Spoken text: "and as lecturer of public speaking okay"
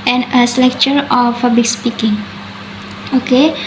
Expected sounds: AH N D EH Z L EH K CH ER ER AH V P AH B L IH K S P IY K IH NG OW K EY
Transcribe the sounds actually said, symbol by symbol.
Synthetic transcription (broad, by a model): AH N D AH S L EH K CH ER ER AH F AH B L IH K S P IY K IH NG OW K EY